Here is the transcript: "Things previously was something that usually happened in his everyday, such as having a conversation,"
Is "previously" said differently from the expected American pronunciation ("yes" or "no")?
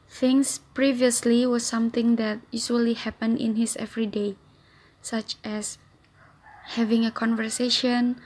no